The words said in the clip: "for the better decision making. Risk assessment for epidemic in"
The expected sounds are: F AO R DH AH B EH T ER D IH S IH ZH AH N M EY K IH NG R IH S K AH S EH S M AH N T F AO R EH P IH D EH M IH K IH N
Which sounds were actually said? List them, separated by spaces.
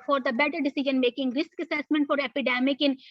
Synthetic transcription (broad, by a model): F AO R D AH B EH T ER D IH S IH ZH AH N M EY K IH NG R IH S K AH S EH S M AH N T F AO R EH P IH D EH M IH K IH N